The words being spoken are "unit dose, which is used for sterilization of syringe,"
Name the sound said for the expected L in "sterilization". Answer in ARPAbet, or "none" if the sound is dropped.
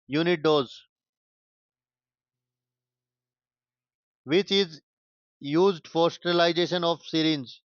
none